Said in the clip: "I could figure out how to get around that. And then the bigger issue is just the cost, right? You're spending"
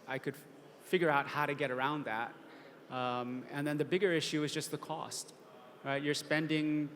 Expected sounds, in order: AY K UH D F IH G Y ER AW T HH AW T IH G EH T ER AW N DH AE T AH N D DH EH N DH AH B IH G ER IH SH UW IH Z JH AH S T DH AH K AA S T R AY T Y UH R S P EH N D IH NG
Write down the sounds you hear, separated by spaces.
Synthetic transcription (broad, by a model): AY K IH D F IH G Y ER AW T HH AW T IH G EH T ER AW N DH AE T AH N DH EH N DH AH B IH G ER IH SH UW IH Z JH AH S T DH AH K AA S T R AY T Y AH R S P EH N D IH NG